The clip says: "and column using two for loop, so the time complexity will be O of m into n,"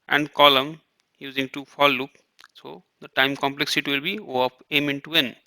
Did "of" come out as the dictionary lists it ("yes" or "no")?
no